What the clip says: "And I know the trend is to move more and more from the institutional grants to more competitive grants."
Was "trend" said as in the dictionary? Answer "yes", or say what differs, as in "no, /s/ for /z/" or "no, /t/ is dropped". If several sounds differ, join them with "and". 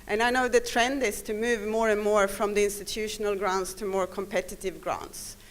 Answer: yes